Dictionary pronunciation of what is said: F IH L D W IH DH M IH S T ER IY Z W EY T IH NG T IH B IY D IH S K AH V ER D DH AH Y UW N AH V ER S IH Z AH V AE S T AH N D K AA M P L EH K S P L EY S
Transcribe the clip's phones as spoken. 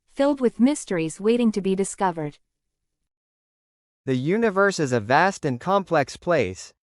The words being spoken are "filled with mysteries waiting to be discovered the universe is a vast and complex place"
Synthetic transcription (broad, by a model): F IH L D W IH DH M IH S T ER IY Z W EY T IH NG T IH B IY D IH S K AH V ER D DH AH Y UW N AH V ER S IH Z AH V AE S T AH N K AA M P L EH K S P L EY S